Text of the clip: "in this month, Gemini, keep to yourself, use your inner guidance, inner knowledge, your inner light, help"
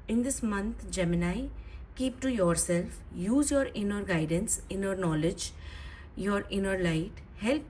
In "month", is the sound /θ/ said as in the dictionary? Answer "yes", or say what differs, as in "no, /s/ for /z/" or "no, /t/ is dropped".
no, /t/ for /θ/